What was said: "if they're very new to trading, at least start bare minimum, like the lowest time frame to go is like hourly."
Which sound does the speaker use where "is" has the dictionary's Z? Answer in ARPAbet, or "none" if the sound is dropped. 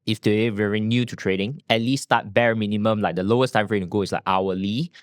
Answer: S